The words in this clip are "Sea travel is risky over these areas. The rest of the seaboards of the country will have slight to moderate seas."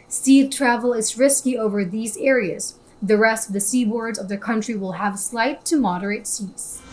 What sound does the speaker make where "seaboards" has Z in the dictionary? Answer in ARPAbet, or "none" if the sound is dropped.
Z